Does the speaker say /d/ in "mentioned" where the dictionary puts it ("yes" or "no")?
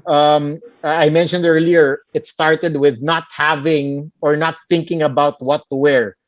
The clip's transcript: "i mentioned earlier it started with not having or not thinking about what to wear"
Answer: yes